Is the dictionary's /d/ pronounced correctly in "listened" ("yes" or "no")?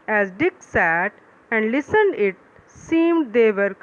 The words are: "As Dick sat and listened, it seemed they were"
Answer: yes